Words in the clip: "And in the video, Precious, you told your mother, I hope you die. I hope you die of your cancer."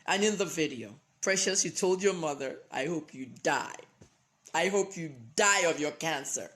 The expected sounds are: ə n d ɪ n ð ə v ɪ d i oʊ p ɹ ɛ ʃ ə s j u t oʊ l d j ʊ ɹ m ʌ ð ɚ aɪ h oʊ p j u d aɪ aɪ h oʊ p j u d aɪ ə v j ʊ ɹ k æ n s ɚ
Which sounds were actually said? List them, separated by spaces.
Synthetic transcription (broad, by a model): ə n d ɪ n ð ə v ɪ d i oʊ p ɹ ɛ ʃ ə s j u t oʊ l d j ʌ ɹ m ʌ ð ɚ aɪ h oʊ p j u d aɪ aɪ h oʊ p j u d aɪ ə v j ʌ ɹ k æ n s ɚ